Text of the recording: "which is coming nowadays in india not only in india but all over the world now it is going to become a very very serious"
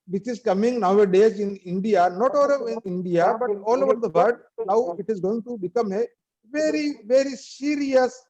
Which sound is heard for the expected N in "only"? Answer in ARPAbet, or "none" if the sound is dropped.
none